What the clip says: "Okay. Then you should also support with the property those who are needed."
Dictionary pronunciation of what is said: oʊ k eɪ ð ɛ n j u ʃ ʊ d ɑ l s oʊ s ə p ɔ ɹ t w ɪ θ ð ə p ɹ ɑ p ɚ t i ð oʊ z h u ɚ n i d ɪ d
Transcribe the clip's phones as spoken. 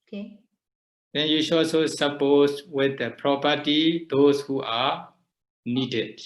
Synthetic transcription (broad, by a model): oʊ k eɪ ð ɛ n j u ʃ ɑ s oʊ s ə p ɔ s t w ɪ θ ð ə p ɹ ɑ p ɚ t i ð oʊ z h u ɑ n i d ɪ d